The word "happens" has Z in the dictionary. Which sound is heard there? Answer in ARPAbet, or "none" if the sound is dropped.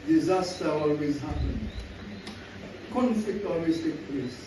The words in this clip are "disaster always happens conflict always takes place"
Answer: none